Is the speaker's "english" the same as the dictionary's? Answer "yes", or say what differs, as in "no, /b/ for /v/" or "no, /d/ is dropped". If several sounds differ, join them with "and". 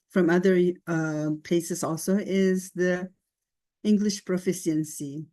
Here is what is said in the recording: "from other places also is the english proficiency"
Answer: yes